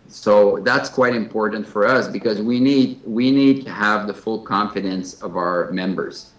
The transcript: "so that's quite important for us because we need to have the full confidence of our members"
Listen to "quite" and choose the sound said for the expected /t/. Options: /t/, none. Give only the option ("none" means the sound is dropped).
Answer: /t/